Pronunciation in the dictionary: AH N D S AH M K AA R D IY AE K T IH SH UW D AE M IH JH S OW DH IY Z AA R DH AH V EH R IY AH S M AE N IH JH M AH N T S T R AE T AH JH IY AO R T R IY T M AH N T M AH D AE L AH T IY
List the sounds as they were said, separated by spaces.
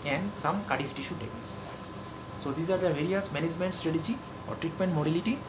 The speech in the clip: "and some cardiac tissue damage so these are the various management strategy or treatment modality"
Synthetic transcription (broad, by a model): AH N D S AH M K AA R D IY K T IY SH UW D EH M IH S S OW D IY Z AA R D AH V EH R IY AH S M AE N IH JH M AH N T S T R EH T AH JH IY AO R T R IY T M AH N T M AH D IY L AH T IY